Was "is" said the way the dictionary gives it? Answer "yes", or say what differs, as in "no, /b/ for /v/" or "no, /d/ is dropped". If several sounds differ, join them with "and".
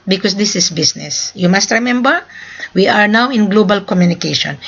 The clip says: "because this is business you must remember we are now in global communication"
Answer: no, /s/ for /z/